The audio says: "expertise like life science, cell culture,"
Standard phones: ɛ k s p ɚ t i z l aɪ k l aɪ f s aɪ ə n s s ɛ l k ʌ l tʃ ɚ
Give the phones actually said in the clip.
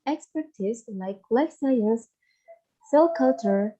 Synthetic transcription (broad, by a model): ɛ k s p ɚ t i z l aɪ k l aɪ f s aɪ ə s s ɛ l k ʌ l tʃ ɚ